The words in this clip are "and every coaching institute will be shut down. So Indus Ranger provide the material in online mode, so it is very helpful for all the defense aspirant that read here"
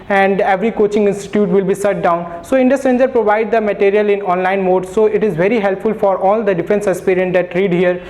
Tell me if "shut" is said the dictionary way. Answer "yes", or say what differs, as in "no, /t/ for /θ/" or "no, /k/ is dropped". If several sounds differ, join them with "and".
no, /s/ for /ʃ/